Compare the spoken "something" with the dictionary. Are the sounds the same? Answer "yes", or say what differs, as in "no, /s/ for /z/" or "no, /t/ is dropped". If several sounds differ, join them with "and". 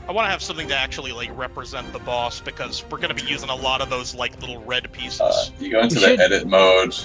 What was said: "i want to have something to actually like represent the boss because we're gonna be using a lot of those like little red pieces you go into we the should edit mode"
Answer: yes